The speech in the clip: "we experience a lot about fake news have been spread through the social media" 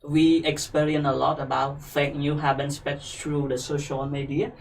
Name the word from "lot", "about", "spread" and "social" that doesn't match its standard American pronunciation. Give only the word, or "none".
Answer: spread